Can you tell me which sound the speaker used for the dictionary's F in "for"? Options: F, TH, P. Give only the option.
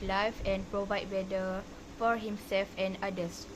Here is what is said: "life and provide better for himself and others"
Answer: F